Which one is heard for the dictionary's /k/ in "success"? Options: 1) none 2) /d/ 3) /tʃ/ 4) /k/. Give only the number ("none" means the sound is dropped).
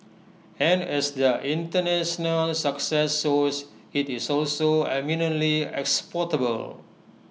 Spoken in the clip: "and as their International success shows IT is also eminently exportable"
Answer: 4